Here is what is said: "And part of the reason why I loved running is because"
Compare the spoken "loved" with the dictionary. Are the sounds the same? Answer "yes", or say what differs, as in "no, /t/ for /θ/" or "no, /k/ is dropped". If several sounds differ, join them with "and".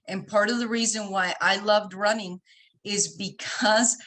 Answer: yes